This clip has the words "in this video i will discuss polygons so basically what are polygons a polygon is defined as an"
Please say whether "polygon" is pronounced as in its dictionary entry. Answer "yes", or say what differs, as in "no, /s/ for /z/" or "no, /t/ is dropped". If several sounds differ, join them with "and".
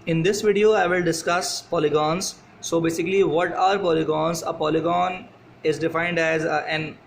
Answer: yes